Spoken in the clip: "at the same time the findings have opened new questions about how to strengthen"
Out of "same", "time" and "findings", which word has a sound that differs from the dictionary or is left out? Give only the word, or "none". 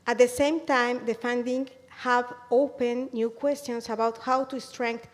findings